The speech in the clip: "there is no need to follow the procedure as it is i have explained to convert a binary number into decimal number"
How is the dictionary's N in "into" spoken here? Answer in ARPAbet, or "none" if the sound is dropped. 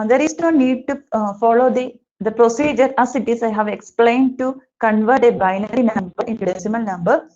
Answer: N